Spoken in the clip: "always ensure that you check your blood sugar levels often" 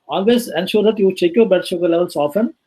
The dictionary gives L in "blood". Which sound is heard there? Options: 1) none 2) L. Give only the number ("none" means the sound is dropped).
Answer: 1